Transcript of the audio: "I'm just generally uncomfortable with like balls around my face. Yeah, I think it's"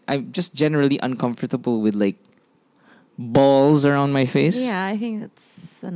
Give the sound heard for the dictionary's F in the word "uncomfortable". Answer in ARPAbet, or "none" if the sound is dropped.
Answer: F